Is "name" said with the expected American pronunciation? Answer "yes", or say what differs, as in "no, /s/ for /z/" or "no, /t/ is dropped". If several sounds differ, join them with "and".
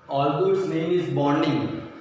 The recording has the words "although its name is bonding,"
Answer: no, /l/ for /n/